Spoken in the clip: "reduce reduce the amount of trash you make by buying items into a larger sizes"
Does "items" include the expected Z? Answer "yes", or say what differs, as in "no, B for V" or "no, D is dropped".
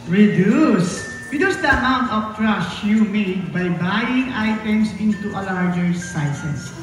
no, S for Z